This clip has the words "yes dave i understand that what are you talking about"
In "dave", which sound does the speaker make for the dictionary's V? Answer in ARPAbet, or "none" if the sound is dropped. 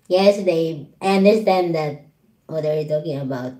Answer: none